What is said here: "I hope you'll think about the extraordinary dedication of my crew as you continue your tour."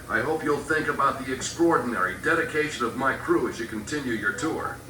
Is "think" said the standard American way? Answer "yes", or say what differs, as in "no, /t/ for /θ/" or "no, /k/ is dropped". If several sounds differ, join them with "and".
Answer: yes